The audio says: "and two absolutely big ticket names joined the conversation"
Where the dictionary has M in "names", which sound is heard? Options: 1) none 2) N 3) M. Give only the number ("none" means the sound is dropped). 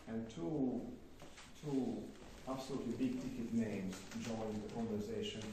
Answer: 3